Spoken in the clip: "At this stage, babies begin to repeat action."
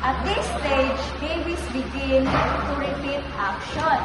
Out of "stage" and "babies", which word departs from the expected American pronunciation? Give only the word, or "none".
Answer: babies